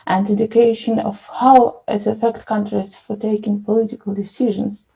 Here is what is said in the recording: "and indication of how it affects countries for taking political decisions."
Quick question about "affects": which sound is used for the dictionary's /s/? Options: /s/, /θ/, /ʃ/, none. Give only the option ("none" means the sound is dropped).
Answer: none